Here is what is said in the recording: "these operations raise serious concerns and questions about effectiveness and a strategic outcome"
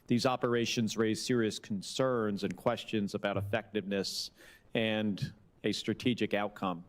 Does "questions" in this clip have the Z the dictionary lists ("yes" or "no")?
yes